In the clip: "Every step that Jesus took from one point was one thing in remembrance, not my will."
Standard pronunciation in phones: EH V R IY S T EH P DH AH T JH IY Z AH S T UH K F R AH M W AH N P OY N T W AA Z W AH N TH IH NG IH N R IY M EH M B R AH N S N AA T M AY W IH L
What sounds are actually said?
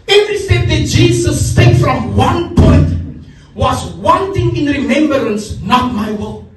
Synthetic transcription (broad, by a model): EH V R IY S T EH P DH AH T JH IY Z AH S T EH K F R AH M W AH N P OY T W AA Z W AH N T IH NG IH N R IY M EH M B R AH N S N AA T M AY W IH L